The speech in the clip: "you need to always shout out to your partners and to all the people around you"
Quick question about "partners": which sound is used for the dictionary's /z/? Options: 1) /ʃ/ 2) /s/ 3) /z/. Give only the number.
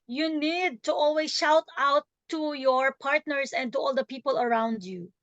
2